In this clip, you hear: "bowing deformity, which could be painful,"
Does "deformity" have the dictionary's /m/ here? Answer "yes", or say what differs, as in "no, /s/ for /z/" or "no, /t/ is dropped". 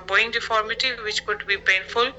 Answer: yes